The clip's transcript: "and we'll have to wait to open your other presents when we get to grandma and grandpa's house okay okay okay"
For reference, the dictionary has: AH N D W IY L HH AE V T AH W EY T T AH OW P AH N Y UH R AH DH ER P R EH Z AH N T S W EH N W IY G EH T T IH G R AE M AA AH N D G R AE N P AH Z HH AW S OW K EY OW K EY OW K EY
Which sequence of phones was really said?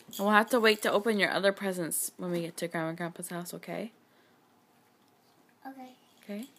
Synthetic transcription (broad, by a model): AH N W IY L HH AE F T AH W EY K T AH OW P AH N Y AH R AH DH ER P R EH Z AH N S W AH N W IY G EH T T IH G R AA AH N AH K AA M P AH S HH AW S OW K EY OW K EY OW K EY